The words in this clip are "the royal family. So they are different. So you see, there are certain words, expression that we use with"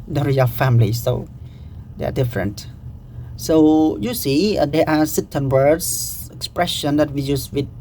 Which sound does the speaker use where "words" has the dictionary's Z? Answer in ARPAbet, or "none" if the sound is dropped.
S